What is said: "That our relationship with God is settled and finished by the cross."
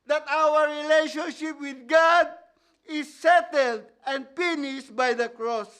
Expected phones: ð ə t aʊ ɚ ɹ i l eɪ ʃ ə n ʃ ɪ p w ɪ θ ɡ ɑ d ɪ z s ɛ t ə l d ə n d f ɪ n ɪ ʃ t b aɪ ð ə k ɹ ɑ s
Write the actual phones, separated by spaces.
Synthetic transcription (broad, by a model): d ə t aʊ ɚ ɹ i l eɪ ʃ ə n ʃ ɪ p w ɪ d ɡ ɑ d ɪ s ɛ t ə l d ə n d p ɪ n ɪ s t b aɪ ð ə k ɹ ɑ s